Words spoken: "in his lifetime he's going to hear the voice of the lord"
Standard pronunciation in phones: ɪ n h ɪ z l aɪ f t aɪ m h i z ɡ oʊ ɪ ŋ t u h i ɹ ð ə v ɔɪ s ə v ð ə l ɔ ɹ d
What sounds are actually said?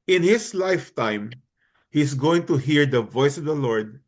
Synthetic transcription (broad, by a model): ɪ n h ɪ s l aɪ f t aɪ m h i s ɡ oʊ ɪ ŋ t u h i ɹ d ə v ɔɪ s ə v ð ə l ɔ ɹ d